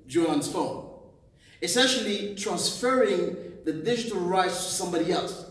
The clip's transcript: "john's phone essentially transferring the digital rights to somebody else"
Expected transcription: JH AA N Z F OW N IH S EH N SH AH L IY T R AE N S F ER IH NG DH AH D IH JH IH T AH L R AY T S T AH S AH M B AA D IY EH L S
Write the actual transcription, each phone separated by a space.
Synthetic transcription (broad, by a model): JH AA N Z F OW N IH S EH N SH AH L IY T R AE N S F ER IH NG DH AH D IH JH IH T AH L R AY T S T AH S AH M B AA D IY EH L S